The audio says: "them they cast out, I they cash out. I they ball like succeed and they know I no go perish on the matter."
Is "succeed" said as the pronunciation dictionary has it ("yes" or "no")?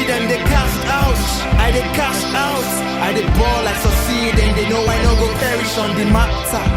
no